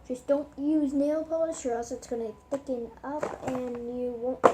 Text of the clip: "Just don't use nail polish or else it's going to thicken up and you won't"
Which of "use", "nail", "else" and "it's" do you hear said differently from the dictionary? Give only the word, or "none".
else